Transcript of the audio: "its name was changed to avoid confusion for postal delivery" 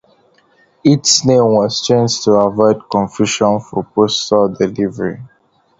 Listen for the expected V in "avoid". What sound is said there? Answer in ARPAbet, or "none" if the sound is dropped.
V